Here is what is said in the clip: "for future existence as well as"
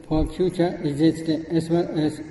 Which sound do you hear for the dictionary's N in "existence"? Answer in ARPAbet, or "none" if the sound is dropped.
none